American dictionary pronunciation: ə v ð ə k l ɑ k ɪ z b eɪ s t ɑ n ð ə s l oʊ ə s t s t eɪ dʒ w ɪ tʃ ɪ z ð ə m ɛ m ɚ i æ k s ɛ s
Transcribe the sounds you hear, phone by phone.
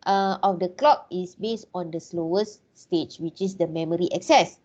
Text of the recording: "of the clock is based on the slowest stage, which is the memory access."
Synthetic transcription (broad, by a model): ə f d ə k l ɑ k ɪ s b eɪ s t ɑ n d ə s l oʊ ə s s t eɪ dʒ w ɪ tʃ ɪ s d ə m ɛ m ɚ i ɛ k s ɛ s